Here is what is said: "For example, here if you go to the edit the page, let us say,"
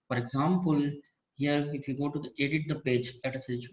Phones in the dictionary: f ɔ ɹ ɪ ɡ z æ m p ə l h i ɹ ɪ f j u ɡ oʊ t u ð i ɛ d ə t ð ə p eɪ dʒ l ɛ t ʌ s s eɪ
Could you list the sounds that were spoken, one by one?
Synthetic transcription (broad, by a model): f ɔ ɹ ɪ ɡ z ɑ m p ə l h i ɹ ɪ f j u ɡ oʊ t u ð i ɛ d ə t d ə p eɪ dʒ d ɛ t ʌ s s